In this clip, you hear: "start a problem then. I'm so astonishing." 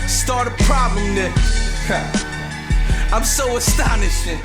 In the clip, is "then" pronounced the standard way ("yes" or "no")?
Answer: no